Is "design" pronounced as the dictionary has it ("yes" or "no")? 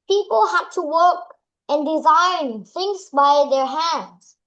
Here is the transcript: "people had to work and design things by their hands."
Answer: yes